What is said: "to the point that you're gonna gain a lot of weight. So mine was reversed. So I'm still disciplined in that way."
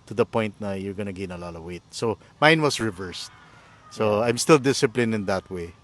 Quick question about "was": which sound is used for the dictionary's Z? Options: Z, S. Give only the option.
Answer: S